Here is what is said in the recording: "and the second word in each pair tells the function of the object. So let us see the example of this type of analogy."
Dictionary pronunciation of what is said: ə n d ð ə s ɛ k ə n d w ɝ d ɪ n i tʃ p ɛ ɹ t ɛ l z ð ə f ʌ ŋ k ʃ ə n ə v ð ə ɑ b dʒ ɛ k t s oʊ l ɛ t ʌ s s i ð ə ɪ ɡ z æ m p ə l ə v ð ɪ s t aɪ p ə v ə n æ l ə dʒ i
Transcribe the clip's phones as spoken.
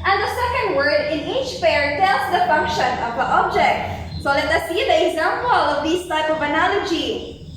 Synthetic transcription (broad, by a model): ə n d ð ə s ɛ k ə n d w ɝ d ɪ n i tʃ f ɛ ɹ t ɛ l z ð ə f ʌ ŋ k ʃ ə n ə v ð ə ɑ b dʒ ɛ k t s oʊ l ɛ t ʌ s s i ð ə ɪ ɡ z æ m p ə l ə v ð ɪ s t aɪ p ə v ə n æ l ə dʒ i